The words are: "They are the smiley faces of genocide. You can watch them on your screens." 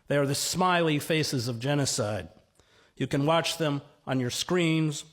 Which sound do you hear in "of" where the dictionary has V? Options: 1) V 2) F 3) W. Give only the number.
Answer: 1